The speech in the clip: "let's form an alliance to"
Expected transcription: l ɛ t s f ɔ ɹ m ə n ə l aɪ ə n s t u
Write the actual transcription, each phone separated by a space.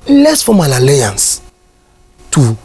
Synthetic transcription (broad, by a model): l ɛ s f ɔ m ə l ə l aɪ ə n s t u